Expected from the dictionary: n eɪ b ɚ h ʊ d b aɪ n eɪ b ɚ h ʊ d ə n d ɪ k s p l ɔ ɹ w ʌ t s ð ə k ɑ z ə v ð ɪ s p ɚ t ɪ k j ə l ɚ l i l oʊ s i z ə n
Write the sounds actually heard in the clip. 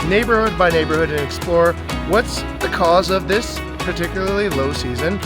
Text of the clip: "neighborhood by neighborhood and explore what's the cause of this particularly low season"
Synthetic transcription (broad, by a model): n eɪ b ɚ h ʊ d b aɪ n eɪ b ɚ h ʊ d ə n ɪ k s p l ɔ ɹ w ʌ t s ð ə k ɑ z ə v ð ɪ s p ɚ t ɪ k j l ɚ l i l oʊ s i z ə n